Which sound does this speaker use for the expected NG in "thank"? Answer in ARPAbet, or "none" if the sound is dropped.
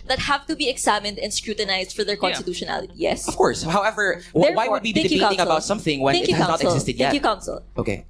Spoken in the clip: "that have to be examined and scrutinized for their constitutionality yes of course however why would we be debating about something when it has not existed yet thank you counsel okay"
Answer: none